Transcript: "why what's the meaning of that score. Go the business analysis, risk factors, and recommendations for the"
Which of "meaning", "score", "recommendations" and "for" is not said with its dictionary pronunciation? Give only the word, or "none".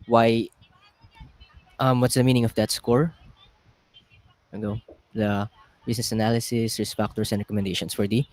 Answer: recommendations